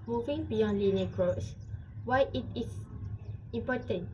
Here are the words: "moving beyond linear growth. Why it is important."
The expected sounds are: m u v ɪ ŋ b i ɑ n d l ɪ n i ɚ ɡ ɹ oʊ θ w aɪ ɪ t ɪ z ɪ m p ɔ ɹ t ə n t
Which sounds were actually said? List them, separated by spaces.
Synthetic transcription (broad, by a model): m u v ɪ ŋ b i ɑ n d l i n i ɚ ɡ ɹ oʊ s w aɪ ɪ t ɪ s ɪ m p ɔ t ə n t